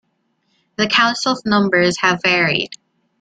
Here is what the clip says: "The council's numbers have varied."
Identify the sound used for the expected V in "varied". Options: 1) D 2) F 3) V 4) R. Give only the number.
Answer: 3